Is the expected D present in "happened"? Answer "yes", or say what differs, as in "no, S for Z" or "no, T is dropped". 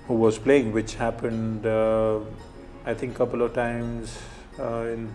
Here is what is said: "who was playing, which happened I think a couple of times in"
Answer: yes